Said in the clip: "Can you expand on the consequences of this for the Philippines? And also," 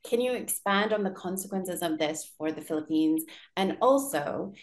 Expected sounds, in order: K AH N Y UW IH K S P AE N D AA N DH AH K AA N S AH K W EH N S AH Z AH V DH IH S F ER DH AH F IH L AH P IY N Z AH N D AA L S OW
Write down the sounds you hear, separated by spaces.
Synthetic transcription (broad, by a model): K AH N Y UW IH K S P AE N D N DH AH K AA N S AH K W EH N S AH Z AH V DH IH S F ER DH AH F IH L AH P IY N Z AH N AA L S OW